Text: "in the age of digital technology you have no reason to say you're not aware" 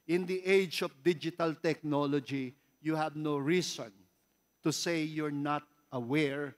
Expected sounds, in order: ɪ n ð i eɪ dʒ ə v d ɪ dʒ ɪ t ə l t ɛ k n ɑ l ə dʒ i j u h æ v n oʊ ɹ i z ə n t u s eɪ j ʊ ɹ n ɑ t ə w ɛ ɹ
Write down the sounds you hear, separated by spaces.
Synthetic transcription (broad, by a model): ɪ n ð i eɪ dʒ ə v d ɪ dʒ ɪ t ə l t ɛ k n ɑ l ə dʒ i j u h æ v n oʊ ɹ i s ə n t u s eɪ j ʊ ɹ n ɑ t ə w ɛ ɹ